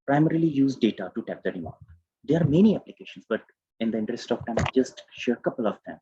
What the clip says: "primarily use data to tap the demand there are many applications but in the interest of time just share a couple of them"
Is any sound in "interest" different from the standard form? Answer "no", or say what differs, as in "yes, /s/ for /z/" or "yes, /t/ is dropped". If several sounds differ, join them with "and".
no